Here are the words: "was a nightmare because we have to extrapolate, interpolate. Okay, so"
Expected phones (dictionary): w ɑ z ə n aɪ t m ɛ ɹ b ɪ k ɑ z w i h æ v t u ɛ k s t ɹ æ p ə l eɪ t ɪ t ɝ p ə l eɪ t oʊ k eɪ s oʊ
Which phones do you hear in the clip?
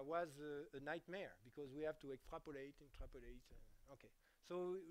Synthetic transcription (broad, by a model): w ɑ z ə n aɪ t m ɛ ɹ b ɪ k ɑ z w i h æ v t u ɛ k s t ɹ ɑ p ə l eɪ t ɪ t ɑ p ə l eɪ t oʊ k eɪ s oʊ